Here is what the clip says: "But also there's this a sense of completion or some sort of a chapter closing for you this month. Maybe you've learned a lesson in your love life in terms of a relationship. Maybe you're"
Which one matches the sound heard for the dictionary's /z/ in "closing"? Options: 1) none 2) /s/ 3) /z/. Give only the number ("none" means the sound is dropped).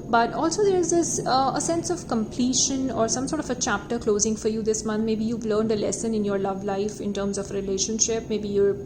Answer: 3